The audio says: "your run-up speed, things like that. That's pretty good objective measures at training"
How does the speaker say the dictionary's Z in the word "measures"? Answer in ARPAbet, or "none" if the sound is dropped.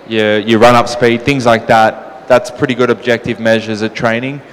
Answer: Z